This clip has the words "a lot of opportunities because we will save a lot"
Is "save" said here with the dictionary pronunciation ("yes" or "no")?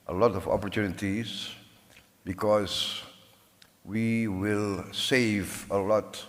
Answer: yes